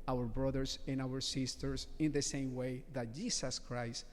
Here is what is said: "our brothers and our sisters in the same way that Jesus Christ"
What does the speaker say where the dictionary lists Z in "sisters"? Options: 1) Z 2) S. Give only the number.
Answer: 2